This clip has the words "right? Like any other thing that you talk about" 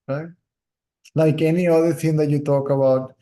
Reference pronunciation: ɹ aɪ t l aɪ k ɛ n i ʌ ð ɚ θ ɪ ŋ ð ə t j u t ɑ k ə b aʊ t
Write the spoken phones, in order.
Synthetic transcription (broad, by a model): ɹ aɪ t l aɪ k ɛ n i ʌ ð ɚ s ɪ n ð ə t j u t ɑ k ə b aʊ t